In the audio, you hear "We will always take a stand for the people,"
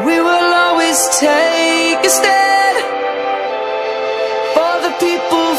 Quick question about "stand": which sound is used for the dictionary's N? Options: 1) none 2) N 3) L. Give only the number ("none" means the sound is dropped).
1